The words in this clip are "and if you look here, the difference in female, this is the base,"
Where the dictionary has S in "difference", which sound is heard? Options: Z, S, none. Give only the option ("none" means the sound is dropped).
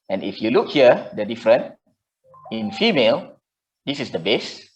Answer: none